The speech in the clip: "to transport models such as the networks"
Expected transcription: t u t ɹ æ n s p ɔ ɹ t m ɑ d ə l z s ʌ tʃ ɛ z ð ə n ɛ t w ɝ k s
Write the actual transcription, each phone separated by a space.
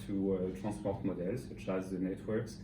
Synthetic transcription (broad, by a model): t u t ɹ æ s p ɔ ɹ t m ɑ d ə l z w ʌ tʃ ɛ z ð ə n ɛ t w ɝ k s